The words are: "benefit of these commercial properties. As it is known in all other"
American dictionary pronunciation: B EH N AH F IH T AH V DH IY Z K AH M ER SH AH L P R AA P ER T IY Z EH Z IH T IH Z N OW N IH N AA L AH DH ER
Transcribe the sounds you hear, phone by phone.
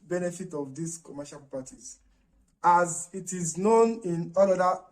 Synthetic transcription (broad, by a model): B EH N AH F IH T AH V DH IY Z K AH M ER SH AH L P AA T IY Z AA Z IH T IH Z N OW N IH N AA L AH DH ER